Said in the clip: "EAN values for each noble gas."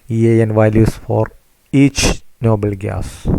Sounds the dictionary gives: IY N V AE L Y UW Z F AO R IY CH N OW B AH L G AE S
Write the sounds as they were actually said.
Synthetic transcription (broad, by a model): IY N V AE L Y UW S F AO R IY CH N OW B AH L G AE S